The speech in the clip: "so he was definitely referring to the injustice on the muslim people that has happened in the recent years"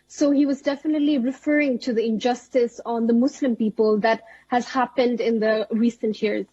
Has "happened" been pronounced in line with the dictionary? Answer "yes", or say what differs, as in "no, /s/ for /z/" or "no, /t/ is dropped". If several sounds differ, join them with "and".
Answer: yes